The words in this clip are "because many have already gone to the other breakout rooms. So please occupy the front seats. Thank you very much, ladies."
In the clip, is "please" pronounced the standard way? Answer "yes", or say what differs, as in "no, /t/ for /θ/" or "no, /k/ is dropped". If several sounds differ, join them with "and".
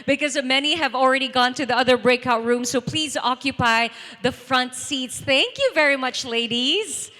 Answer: yes